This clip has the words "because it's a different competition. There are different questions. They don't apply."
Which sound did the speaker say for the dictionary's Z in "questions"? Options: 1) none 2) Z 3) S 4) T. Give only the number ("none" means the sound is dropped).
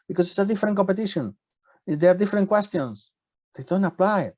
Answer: 3